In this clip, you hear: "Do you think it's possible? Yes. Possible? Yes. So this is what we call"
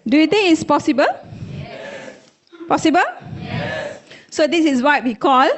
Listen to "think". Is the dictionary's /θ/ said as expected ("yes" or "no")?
no